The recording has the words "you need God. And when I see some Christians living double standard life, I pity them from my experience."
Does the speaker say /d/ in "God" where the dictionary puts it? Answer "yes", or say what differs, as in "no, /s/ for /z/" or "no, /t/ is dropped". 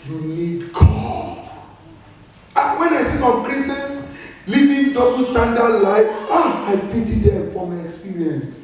no, /d/ is dropped